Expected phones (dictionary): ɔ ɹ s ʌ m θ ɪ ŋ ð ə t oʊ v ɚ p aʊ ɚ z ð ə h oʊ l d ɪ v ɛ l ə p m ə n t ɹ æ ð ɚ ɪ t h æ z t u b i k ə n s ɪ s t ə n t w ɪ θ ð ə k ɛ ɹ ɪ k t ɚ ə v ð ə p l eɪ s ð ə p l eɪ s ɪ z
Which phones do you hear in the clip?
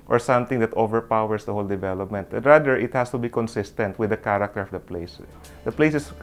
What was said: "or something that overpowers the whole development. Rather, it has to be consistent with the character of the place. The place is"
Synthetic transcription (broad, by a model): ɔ ɹ s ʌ m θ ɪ ŋ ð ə t oʊ v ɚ p aʊ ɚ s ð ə h oʊ l d ɪ v ɛ l ə p m ə n t ɹ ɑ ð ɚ ɪ t h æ s t u b i k ə n s ɪ s t ə n t w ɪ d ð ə k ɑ ɹ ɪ k t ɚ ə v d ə p l eɪ s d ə p l eɪ s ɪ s